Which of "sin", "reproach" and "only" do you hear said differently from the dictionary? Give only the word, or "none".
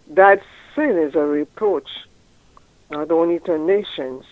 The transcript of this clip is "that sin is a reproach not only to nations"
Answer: only